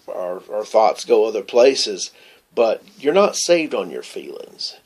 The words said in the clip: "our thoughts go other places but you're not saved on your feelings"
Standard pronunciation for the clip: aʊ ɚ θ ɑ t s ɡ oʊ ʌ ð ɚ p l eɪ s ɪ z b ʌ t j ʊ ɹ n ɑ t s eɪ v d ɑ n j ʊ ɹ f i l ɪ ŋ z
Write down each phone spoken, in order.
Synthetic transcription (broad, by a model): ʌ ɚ θ ɑ t s ɡ oʊ ʌ ð ɚ p l eɪ s ɪ z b ʌ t j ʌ ɹ n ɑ t s eɪ v d n j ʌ ɹ f i l ɪ ŋ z